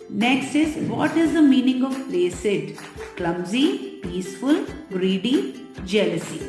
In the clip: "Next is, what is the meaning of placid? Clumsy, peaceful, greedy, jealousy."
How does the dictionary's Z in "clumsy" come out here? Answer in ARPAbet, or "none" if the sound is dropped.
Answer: Z